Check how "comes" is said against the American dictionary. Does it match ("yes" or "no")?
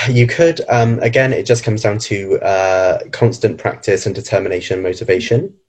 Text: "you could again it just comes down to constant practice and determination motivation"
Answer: yes